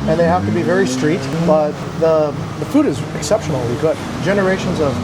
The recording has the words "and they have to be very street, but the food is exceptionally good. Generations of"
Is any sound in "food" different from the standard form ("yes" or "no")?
no